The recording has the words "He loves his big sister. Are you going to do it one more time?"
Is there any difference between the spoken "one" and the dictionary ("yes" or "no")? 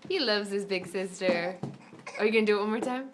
yes